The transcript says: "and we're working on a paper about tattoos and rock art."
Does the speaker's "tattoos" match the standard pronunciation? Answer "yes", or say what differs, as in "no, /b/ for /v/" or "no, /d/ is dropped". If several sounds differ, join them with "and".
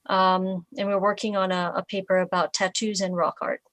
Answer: yes